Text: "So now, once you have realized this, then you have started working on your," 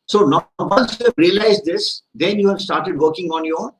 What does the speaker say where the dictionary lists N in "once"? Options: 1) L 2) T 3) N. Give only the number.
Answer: 1